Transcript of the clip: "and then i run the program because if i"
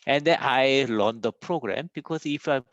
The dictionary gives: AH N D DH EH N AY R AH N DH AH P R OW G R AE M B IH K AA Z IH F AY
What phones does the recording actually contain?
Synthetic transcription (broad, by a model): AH N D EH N AY L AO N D AH P R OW G R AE M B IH K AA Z IH F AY